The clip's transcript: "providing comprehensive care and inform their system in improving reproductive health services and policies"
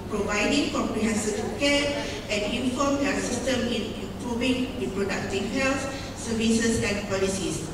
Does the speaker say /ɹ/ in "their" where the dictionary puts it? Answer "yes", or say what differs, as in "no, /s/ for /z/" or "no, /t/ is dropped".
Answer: no, /l/ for /ɹ/